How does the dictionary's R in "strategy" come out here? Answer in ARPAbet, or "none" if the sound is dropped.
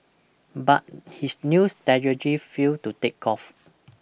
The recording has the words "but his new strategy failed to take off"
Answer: none